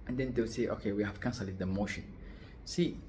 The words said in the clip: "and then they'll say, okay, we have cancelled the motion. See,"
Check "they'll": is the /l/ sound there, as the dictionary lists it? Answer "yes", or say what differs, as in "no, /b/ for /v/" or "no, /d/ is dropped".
no, /w/ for /l/